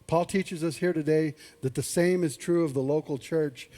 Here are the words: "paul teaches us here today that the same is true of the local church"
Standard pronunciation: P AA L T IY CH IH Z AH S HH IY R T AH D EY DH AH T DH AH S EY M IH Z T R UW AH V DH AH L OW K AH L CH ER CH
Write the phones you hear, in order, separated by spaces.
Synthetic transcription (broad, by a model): P AA L T IY CH IH Z AH S HH IY R T AH D EY DH AH T DH AH S EY M IH Z T R UW AH V DH AH L OW K L CH ER CH